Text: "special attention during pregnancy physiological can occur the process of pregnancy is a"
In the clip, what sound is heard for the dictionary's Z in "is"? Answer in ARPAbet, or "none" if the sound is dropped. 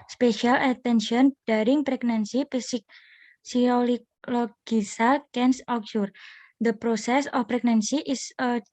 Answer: S